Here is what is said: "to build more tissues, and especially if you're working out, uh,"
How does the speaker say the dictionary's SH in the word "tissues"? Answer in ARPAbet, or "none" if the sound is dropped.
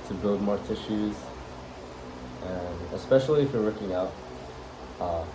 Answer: SH